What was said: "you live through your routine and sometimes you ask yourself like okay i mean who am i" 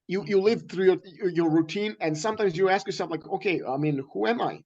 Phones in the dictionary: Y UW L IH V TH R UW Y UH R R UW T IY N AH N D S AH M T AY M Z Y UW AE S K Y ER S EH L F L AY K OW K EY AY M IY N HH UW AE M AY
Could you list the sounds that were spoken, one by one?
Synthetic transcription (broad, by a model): Y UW L IH V TH R UW Y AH R R UW T IY N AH N S AH M T AY M Z Y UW AE S K Y ER S EH L F L AY K OW K EY AY M IY N HH UW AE M AY